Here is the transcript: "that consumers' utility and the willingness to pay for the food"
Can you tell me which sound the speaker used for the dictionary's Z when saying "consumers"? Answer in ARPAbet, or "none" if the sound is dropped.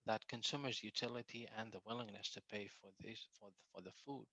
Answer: Z